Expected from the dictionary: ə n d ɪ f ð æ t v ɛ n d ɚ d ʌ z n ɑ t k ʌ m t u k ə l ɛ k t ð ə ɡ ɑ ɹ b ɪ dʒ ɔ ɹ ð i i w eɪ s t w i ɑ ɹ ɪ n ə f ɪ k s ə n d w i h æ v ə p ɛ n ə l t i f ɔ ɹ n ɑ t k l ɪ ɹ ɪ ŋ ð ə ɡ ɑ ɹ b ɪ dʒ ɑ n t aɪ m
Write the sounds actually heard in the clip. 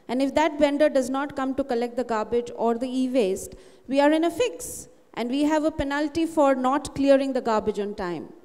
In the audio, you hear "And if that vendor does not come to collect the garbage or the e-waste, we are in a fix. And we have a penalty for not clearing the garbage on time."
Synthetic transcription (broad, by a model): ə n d ɪ f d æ t b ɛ n d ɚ d ʌ z n ɑ t k ʌ m t u k ə l ɛ k t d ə ɡ ɑ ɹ b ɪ dʒ ɔ ɹ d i i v eɪ s t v i ɑ ɹ ɪ n ə f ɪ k s ə n d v i h æ v ə p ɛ n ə l t i f ɔ ɹ n ɑ t k l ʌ ɹ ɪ ŋ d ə ɡ ɑ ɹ b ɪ dʒ ɑ n t aɪ m